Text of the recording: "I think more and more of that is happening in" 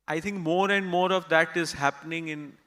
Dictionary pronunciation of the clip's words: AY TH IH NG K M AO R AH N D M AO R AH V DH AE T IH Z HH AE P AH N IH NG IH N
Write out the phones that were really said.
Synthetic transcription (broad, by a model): AY T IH NG K M AO R AH N D M AO R AH V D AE T IH Z HH AE P AH N IH NG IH N